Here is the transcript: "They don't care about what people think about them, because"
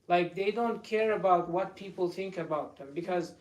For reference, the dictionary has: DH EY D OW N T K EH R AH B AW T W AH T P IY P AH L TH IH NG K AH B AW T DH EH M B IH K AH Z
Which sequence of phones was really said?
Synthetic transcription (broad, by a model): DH EY D OW N T K EH R AH B AW T W AH T P IY P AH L TH IH NG K AH B AW T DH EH M B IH K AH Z